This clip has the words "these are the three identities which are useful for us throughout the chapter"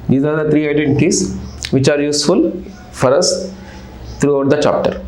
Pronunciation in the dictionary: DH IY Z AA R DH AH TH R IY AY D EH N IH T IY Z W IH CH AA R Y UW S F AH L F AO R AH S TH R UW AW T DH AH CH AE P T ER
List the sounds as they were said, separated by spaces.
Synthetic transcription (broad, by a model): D IY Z AA R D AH T R IY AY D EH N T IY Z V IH CH AA R Y UW S F AH L F AO R AH S T R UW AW T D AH CH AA P T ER